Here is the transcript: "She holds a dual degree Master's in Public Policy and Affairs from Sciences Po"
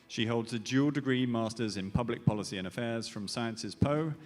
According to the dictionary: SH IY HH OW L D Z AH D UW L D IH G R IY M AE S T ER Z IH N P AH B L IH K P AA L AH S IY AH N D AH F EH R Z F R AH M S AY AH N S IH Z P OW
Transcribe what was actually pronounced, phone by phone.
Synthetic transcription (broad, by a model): SH IY HH OW L D Z AH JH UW L D IH G R IY M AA S T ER Z IH N P AH B L IH K P AA L AH S IY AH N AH F EH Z F R AH M S AY AH N S IH Z P OW